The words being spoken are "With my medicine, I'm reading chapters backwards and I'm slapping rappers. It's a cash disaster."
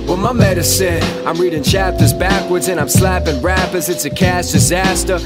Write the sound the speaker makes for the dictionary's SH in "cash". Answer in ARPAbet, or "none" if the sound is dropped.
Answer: S